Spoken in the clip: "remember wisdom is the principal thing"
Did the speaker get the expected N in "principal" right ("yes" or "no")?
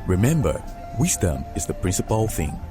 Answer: yes